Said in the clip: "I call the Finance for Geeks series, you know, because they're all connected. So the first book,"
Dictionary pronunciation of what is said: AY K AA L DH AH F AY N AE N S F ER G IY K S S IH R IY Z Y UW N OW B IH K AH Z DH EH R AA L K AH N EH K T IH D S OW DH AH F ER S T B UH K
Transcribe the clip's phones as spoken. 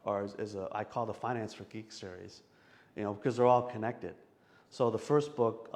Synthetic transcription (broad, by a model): AY K AA L DH AH F AY N AE N S F ER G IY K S S IH R IY Z Y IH N OW B IH K AH Z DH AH R AA L K AH N EH K T IH D S OW DH AH F ER S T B UH K